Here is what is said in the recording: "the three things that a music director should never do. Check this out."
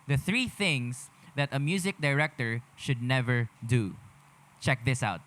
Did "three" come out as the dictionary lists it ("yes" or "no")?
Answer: yes